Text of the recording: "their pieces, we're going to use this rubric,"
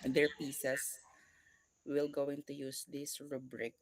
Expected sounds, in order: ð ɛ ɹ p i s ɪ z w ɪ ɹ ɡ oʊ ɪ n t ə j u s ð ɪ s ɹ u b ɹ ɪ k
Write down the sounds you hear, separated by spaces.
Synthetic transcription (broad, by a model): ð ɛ ɹ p i s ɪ s w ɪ l ɡ oʊ ɪ n t ə j u s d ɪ s ɹ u b ɹ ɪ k